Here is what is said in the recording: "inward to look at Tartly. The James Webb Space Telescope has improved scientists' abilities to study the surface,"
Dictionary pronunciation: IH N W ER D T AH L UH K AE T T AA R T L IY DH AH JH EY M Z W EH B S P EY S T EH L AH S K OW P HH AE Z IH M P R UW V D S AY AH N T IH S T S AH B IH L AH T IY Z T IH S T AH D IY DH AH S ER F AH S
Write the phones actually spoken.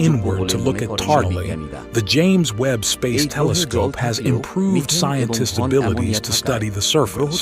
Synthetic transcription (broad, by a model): IH N W ER D T AH L UH K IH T T AA R T L IY DH AH JH EY M Z W EH B S P EY S T EH L AH S K OW P HH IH Z IH M P R UW V D S AY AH N T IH S T AH B IH L AH T IY Z T IH S T AH D IY DH AH S ER F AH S